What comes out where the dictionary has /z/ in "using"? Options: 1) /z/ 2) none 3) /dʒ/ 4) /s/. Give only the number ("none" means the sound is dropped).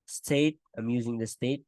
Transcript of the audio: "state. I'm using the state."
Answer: 1